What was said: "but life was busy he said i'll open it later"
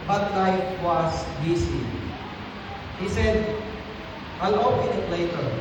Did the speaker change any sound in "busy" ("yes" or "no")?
yes